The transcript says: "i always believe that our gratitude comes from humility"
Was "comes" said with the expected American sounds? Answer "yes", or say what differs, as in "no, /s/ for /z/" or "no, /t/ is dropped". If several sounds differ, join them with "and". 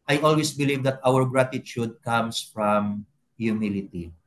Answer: no, /s/ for /z/